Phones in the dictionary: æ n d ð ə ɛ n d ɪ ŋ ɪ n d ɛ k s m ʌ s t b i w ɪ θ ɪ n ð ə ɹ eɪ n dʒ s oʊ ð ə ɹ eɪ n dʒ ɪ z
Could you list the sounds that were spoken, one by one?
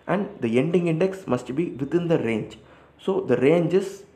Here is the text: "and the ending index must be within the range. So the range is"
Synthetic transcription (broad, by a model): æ n d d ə ɛ n d ɪ ŋ ɪ n d ɛ k s m ʌ s t b i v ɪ t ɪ n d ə ɹ eɪ n dʒ s oʊ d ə ɹ eɪ n dʒ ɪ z